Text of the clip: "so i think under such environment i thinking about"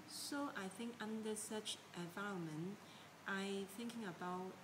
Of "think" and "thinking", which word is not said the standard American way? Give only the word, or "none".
none